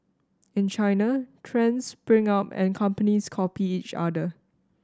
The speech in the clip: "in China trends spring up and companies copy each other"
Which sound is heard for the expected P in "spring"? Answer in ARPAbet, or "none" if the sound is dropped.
B